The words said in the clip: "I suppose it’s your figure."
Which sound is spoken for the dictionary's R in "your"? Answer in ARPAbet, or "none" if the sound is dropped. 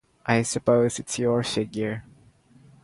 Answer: R